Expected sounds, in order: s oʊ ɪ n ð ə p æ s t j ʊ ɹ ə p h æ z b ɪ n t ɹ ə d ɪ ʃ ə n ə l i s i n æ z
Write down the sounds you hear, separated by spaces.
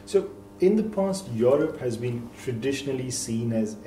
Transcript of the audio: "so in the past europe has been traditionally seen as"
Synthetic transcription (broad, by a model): s oʊ ɪ n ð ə p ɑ s t j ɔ ɹ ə p h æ z b ɪ n t ɹ ə d ɪ ʃ ə n ə l i s i n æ z